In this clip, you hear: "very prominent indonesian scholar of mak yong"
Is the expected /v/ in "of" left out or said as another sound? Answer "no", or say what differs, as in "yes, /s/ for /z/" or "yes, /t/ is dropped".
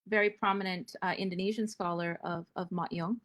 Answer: no